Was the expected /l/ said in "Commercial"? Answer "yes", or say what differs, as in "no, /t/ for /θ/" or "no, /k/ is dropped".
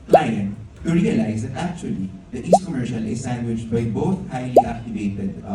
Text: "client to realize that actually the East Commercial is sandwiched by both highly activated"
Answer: yes